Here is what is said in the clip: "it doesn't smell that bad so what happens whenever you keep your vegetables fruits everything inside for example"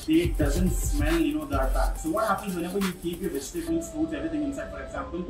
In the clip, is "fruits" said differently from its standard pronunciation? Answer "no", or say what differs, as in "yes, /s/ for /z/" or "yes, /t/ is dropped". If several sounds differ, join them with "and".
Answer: yes, /ɹ/ is dropped